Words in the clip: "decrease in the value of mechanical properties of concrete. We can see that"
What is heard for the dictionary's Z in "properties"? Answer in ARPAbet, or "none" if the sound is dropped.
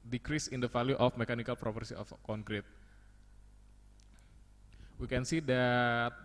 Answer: none